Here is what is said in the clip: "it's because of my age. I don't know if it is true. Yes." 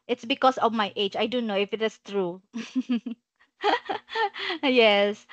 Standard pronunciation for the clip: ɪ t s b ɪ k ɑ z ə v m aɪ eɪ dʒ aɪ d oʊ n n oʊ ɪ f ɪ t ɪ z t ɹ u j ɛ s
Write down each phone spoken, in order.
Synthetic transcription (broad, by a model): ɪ t s b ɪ k ɑ s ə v m aɪ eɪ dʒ aɪ d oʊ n n oʊ ɪ f ɪ t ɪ s t ɹ u j ɛ s